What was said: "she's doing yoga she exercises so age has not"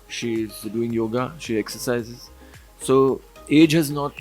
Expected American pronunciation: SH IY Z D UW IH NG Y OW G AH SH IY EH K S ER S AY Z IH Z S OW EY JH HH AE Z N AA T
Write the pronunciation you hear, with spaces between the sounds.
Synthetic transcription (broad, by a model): SH IY Z D UW IH NG Y OW G AH SH IY EH K S ER S AY Z IH Z S OW EY JH HH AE Z N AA T